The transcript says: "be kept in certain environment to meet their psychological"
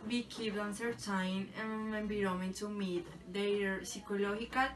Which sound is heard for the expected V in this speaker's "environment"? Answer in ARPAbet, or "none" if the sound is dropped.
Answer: B